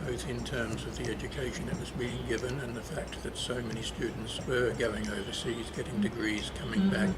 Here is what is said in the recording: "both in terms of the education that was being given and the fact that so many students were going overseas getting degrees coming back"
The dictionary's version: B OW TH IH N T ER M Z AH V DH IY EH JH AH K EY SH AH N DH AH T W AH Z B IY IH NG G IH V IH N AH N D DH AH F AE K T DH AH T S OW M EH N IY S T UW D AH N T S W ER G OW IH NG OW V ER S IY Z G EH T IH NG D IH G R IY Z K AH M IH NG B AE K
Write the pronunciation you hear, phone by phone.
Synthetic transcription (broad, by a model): OW TH IH N T ER M Z AH V DH IY EH JH AH K EY SH AH N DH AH T W AH Z B IY IH NG G IH V IH N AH N DH AH F AE K T DH AH T S OW M EH N IY S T UW D N T S W ER G OW IH NG OW V ER S IY Z G EH T IH NG D IH G R IY Z K AH M IH NG B AE K